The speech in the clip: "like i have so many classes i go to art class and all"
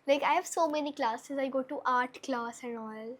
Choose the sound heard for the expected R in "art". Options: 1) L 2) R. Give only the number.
2